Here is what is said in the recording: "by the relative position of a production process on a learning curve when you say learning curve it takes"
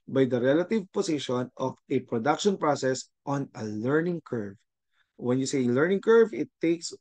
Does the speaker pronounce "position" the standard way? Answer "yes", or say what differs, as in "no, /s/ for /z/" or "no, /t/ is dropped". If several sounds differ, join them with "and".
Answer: no, /s/ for /z/